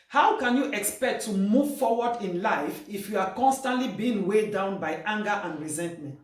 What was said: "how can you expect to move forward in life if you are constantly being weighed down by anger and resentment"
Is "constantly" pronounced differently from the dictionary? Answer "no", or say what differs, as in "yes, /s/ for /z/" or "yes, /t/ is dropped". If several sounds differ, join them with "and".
no